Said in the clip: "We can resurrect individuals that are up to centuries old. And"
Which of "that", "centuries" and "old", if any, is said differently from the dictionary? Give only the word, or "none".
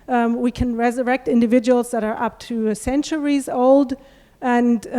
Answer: none